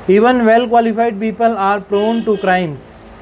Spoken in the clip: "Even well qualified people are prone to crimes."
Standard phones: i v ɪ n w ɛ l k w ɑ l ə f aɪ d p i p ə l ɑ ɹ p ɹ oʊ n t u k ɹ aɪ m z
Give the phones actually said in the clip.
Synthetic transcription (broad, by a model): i v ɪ n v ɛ l k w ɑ l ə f aɪ d p i p ə l ɑ ɹ p ɹ oʊ n t u k ɹ aɪ m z